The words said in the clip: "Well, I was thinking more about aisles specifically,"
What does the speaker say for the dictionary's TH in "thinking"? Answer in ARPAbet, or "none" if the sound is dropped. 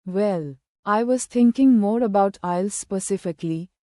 T